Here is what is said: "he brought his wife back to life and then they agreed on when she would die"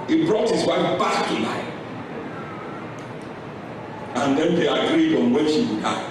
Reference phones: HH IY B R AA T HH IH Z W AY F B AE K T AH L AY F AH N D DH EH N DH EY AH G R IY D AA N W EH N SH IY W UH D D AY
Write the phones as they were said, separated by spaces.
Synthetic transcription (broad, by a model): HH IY B R AA T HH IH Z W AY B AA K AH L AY AH N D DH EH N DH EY AH G R IY D AA N W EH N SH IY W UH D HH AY